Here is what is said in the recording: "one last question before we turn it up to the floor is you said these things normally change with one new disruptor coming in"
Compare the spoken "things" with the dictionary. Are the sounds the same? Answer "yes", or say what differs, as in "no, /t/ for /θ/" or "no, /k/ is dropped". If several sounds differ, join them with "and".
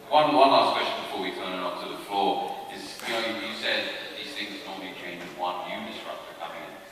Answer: yes